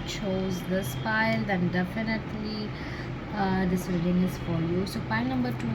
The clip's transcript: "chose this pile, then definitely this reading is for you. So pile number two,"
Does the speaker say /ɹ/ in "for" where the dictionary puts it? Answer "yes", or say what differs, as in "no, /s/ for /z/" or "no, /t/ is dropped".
no, /l/ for /ɹ/